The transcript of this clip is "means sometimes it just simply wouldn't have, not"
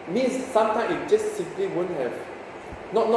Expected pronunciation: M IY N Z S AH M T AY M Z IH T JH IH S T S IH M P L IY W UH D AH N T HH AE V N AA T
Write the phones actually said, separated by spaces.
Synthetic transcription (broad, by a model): M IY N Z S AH M T AY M IH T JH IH S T S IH M P L IY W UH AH N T HH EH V N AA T